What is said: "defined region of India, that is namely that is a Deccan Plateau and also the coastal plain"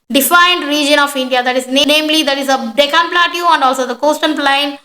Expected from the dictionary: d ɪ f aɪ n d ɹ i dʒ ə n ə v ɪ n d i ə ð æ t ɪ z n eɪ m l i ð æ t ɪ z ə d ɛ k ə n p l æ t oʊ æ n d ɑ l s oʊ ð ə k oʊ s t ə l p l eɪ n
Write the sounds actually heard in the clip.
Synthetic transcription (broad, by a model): d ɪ f aɪ n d ɹ i dʒ ə n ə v ɪ n d i ə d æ t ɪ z n eɪ m l i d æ t ɪ z ə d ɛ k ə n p l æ t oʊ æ n d ɑ l s oʊ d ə k oʊ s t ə n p l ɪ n